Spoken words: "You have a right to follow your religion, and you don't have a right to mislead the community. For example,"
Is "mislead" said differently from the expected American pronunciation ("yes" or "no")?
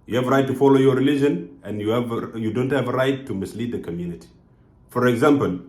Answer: no